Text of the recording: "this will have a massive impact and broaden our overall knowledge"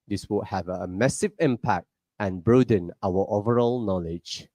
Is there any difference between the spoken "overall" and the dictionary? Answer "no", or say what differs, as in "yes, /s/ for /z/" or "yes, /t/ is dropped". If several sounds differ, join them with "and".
no